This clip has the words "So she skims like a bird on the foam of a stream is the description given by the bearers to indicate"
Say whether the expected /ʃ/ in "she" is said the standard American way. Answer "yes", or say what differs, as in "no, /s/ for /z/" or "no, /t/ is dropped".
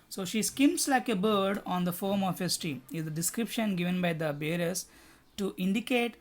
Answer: yes